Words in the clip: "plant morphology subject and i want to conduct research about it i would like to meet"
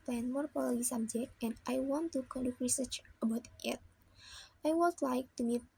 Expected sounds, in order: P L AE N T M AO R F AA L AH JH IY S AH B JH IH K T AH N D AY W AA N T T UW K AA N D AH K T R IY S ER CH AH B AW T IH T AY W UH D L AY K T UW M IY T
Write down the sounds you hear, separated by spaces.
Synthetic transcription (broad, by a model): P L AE N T M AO R P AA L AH IY S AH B JH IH K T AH N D AY W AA N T T UW K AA N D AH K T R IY S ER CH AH B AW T IH T AY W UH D L AY K T UW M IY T